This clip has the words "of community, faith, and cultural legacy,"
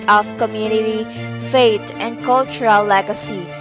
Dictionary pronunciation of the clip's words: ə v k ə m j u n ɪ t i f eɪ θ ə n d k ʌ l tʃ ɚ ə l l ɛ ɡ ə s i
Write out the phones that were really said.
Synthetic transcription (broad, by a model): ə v k ə m j u n ɪ t i f eɪ t ə n d k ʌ l tʃ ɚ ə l l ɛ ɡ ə s i